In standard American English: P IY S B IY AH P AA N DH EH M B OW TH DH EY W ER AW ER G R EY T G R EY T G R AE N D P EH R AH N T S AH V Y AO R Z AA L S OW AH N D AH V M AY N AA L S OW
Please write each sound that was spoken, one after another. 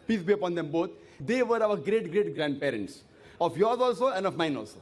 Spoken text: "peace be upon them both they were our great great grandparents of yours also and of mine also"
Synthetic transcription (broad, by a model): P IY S B IY AH P AA N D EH M B OW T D EY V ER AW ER G R EY T G R EY T G R AE N D P EH R AH N T S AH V Y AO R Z AA L S OW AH N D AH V M AY N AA L S OW